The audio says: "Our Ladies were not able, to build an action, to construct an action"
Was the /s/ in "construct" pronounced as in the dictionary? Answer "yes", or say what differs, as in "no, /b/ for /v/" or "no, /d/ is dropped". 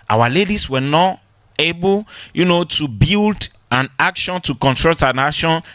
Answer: no, /s/ is dropped